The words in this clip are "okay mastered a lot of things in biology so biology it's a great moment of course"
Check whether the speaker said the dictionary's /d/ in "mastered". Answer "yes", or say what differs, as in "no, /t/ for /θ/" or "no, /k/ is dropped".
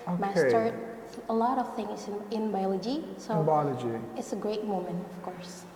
no, /d/ is dropped